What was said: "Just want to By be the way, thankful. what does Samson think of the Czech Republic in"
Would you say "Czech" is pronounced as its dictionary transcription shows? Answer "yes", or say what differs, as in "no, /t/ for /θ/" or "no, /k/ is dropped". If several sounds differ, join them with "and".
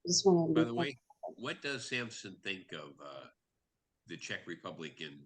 yes